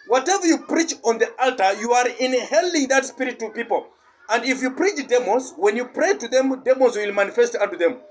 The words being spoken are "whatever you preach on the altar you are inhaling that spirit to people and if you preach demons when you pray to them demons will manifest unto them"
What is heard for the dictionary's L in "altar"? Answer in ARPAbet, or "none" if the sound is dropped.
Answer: L